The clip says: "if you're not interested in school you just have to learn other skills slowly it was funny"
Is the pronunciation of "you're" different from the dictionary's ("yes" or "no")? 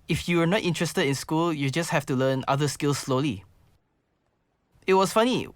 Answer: yes